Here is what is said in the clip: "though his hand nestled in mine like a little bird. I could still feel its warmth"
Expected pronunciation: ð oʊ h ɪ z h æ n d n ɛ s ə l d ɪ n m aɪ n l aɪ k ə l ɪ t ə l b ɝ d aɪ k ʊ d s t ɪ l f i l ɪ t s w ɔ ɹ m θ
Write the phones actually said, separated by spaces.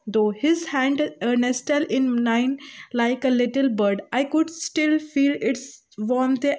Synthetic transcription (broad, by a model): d oʊ h ɪ z h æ n d n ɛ s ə l ɪ n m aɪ n l aɪ k ə l ɪ t ə l b ɝ d aɪ k ʊ d s t ɪ l f i l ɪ t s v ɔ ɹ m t